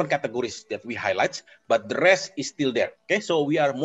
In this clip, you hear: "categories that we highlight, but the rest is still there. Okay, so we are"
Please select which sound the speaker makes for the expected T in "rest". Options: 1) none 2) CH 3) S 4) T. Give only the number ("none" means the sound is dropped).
1